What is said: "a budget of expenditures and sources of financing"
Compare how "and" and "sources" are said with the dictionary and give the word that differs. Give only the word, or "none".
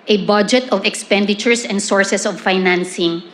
sources